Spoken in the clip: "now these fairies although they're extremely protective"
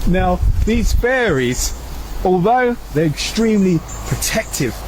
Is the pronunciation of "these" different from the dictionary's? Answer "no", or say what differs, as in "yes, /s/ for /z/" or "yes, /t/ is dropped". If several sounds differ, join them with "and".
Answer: no